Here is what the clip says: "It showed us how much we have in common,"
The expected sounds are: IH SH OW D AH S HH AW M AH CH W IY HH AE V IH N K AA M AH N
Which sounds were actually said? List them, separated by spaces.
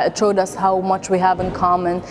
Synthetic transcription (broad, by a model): SH OW D AH S HH AW M AH CH W IY HH AE V IH N K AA M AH N